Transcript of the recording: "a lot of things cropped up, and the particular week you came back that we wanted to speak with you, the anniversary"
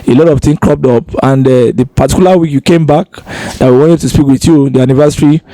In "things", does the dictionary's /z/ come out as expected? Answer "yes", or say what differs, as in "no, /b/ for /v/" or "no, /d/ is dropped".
no, /z/ is dropped